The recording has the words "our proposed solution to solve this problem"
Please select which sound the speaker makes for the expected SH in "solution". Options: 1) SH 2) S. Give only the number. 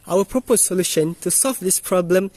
1